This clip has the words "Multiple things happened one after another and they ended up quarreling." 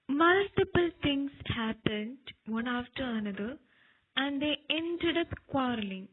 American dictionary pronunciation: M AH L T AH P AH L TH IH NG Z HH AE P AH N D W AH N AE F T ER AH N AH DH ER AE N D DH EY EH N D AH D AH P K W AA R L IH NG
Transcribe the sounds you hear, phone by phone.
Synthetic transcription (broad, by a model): M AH L T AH P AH L T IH NG S HH AE P AH N D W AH N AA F T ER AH N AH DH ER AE N D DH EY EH N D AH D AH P K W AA R L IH NG